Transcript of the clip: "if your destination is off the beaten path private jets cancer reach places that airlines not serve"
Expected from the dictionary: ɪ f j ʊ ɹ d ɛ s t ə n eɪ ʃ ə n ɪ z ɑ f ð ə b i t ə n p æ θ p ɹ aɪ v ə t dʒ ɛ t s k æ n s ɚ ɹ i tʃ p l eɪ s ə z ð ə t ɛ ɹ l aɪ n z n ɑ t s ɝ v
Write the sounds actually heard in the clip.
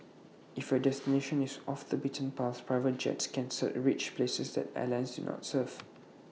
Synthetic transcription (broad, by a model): ɪ f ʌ d ɛ s t ə n eɪ ʃ ə n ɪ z ɑ f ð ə b i t ə n p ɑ s p ɹ aɪ v ə t dʒ ɛ t s k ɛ n s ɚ ɹ i tʃ p l eɪ s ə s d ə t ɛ l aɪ n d n ɑ t s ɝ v